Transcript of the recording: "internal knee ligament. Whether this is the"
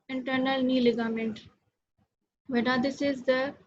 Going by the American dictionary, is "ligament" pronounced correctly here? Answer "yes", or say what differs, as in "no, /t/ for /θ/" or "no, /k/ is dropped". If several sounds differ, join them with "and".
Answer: yes